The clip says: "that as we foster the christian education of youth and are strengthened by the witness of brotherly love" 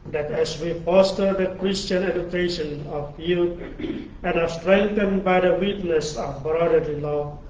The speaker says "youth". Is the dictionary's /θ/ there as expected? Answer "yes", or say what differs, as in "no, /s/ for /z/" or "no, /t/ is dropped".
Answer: no, /t/ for /θ/